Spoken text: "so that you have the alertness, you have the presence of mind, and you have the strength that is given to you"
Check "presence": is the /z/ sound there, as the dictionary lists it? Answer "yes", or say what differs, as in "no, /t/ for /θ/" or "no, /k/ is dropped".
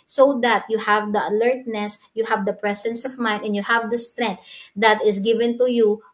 no, /s/ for /z/